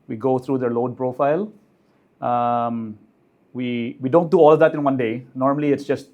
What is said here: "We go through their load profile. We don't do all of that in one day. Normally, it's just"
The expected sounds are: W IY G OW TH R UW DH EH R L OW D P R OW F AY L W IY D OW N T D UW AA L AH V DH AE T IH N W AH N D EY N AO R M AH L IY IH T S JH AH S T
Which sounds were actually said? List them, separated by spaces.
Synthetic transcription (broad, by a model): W IY G OW T R UW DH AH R L OW D P R OW F AY L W IY D OW N T D UW AA L AH V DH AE T IH N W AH N D EY N AO R M AH L IY IH T S JH AH S T